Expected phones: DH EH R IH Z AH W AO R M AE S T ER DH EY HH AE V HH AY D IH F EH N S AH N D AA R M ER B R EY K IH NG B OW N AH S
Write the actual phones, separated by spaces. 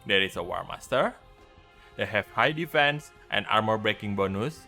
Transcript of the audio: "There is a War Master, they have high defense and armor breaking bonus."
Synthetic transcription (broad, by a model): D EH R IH S AH W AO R M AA S T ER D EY HH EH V HH AY D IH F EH N S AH N AA R M ER B R EY K IH NG B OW N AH S